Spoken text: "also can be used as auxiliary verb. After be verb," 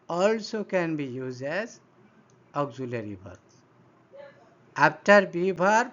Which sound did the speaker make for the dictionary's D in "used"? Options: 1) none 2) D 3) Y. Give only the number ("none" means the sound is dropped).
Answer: 1